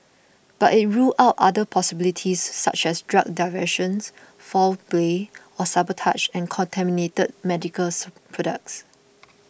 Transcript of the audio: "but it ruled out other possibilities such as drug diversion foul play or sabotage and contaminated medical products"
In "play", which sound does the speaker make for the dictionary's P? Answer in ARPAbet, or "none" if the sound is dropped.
B